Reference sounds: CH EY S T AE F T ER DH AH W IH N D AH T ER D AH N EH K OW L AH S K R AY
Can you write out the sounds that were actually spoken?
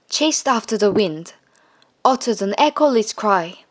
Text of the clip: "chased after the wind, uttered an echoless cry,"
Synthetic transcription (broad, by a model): CH EY S T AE F T ER DH AH W IH N D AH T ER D AH N EH K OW L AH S K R AY